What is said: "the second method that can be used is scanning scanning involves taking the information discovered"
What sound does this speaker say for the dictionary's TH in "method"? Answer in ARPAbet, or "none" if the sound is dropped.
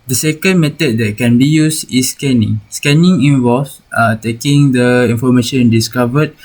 T